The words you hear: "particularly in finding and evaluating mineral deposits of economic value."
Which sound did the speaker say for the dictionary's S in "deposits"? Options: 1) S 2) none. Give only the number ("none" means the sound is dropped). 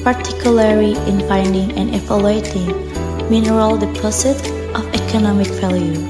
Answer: 2